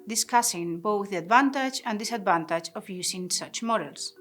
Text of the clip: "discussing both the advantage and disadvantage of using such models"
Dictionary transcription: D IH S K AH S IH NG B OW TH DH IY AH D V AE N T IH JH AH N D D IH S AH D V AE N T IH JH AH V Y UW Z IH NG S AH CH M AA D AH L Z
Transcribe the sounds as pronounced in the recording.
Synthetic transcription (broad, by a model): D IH S K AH S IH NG B OW TH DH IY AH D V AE N T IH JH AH N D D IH S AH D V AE N T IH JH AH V Y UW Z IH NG S AH CH M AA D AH L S